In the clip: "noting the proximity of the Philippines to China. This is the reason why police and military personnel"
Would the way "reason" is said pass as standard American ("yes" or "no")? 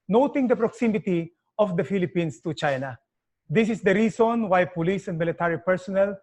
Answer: no